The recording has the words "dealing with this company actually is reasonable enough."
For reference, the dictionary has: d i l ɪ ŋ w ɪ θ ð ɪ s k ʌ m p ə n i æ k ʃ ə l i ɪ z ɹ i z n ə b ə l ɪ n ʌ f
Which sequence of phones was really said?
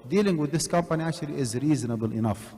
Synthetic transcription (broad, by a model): d i l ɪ ŋ w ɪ ð ɪ s k ʌ m p ə n i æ k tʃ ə l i ɪ z ɹ i z n ə b ə l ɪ n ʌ f